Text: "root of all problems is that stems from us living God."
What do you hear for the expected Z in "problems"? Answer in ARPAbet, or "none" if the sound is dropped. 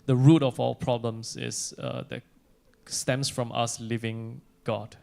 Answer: S